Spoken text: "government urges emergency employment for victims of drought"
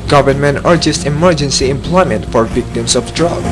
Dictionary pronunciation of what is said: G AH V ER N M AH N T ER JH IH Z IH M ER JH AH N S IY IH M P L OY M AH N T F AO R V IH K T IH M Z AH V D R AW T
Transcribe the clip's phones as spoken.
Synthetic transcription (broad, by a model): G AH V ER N M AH N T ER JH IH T IH M ER JH AH N S IY IH M P L OY M AH N T F AO R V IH K T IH M S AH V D R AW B